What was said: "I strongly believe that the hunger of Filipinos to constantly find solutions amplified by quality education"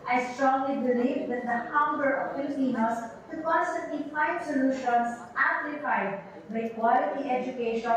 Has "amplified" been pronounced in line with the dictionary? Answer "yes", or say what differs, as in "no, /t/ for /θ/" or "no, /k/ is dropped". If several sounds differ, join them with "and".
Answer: no, /m/ is dropped